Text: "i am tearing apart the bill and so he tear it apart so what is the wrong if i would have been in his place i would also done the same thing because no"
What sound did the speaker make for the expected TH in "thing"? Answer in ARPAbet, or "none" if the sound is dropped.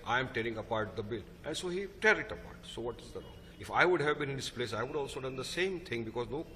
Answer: T